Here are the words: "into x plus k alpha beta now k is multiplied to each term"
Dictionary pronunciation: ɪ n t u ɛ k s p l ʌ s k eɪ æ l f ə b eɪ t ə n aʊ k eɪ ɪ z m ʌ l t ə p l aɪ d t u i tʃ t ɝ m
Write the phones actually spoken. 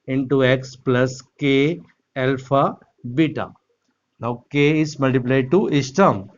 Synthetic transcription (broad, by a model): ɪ n t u ɛ k s p l ʌ s k eɪ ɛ l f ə b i t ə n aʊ k eɪ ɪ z m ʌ l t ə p l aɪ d t u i s t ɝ m